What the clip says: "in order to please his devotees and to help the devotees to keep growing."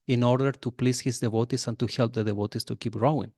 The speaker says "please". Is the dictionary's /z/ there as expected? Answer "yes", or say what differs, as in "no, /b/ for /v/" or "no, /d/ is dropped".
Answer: no, /s/ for /z/